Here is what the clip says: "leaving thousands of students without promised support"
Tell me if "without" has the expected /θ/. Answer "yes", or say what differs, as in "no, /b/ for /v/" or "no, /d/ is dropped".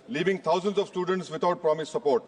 no, /t/ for /θ/